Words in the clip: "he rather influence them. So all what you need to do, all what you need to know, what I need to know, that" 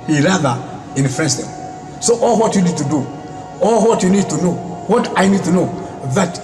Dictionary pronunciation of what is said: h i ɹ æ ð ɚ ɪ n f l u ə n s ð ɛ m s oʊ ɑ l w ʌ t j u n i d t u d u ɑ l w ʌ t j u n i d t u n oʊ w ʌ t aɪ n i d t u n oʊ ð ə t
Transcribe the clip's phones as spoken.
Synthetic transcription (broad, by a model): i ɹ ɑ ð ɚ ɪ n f u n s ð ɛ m s oʊ ɑ l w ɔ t j u n i d t u d u ɑ l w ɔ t j u n i d t u n oʊ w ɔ t aɪ n i d t u n oʊ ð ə t